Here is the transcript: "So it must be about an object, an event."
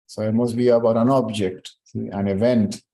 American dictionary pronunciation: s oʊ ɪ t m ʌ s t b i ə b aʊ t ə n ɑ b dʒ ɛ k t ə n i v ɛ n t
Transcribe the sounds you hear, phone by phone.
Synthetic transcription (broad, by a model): s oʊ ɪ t m ʌ s t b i ə b aʊ t ə n ɑ b dʒ ɛ k t ə n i v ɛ n t